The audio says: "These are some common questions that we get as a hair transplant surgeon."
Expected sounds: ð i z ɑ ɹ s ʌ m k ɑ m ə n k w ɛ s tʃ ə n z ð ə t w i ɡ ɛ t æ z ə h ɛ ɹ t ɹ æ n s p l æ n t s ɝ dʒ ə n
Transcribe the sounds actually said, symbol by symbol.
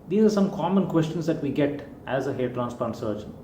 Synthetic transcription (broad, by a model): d i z ɑ ɹ s ʌ m k ɑ m ə n k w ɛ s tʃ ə n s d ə t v i ɡ ɛ t æ z ə h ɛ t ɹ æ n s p ɑ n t s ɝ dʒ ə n